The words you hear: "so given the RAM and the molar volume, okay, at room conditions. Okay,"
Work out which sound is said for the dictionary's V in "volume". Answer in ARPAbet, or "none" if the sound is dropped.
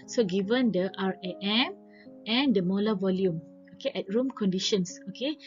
V